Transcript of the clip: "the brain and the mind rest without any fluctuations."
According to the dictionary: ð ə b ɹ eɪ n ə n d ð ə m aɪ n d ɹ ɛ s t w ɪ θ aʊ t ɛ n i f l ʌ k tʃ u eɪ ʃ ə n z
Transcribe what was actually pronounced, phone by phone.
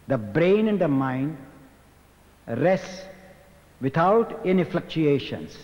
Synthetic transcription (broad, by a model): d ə b ɹ eɪ n ə n d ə m aɪ n d ɹ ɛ s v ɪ t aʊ t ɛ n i f l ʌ k tʃ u eɪ ʃ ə n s